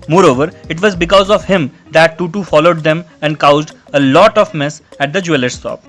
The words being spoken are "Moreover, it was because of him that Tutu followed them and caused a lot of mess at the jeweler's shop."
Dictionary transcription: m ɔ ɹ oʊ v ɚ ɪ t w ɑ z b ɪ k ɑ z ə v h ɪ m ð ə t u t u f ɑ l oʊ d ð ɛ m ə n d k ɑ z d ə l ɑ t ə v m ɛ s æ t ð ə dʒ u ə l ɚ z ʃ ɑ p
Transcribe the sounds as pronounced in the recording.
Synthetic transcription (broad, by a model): m ɔ ɹ oʊ v ɚ ɪ t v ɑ z b ɪ k ɑ z ə v h ɪ m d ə t u t u f ɑ l oʊ d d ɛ m ə n d k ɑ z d ə l ɑ t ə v m ɛ s æ t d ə dʒ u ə l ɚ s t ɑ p